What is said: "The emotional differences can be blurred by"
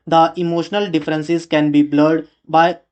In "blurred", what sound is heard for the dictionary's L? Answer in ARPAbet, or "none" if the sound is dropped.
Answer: L